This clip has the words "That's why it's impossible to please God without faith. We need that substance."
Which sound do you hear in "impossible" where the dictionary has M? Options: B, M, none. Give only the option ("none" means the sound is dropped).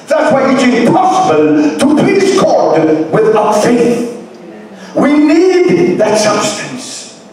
none